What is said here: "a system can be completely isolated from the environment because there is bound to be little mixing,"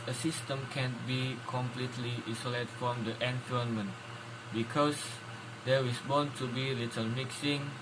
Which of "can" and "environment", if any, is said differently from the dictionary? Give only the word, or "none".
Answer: environment